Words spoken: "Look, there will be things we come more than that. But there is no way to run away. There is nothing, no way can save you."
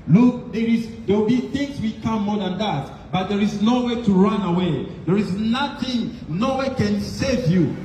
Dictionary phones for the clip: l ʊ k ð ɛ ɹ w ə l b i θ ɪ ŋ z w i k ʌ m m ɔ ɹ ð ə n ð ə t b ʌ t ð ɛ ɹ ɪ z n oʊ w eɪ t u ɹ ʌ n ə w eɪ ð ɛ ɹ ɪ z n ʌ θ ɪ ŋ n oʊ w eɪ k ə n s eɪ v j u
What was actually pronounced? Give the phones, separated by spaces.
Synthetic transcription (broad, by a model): l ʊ k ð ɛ ɹ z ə w b i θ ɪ ŋ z w i k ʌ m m ɔ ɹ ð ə n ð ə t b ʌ t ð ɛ ɹ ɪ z n oʊ w eɪ t u ɹ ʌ n ə w eɪ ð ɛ ɹ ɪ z n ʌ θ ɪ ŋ n oʊ w eɪ k ə n s eɪ v j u